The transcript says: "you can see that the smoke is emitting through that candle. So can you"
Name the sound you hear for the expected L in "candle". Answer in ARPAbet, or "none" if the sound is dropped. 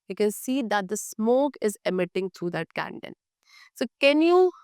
N